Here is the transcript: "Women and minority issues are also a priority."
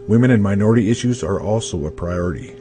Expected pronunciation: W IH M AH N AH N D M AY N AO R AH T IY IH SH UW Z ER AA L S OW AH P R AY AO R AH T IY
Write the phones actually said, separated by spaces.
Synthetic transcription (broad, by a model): W IH M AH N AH N M AY N AO R AH T IY IH SH UW Z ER AA L S OW AH P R AY AO R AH T IY